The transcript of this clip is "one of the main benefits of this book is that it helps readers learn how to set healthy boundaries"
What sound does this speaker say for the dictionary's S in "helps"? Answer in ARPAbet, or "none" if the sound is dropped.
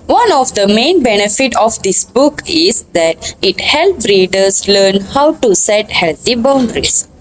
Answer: none